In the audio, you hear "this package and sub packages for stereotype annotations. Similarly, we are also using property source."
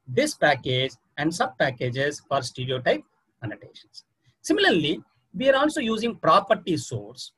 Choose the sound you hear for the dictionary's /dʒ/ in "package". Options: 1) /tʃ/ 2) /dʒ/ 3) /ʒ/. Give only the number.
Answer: 2